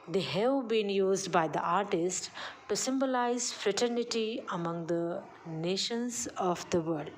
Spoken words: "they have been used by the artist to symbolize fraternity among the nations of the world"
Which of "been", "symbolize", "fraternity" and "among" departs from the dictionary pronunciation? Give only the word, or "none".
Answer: none